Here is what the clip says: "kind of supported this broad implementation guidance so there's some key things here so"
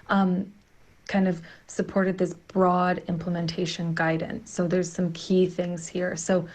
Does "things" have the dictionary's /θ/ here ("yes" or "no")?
yes